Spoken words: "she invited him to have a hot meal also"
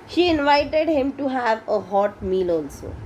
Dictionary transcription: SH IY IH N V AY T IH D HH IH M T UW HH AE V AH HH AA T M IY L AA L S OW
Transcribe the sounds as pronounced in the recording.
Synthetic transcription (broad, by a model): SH IY IH N V AY T IH D HH IH M T UW HH AE V AH HH AA T M IY L AA L S OW